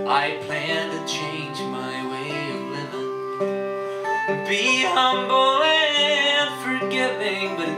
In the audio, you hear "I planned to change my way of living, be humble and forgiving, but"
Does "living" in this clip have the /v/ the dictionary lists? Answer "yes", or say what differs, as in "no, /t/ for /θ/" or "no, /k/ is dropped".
no, /v/ is dropped